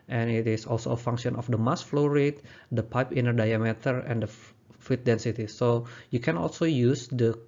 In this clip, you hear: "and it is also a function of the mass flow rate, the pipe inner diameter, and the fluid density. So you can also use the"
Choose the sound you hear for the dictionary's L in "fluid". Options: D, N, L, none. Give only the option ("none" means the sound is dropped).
none